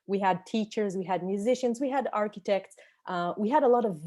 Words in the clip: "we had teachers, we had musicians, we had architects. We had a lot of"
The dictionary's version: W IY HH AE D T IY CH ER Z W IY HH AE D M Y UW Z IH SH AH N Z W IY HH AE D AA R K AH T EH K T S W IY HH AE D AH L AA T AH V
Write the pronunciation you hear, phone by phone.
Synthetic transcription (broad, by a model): W IY HH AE D T IY CH ER Z W IY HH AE D M Y UW Z IH SH AH N Z W IY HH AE D AA R K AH T EH K T S W IY HH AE D AH L AA T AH V